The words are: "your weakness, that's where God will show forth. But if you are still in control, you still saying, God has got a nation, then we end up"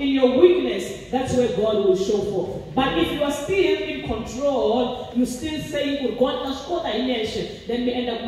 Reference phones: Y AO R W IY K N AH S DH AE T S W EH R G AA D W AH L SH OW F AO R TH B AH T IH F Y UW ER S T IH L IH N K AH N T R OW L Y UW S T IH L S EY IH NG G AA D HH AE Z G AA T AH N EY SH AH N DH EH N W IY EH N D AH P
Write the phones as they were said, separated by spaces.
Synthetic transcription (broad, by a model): Y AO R W IY K N AH S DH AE T S W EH G AA D W AH L SH OW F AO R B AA T IH F Y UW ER S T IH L IH N K AH N T R OW L Y UW S T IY L S EY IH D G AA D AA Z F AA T AH N EY SH AH N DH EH N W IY EH N D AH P